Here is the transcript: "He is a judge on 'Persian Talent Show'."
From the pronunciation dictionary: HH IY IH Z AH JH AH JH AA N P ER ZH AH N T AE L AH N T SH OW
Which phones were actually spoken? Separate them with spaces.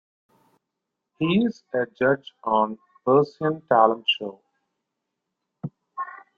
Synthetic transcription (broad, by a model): HH IY IH Z AH JH AH JH AA N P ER S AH N T AE L AH N T SH OW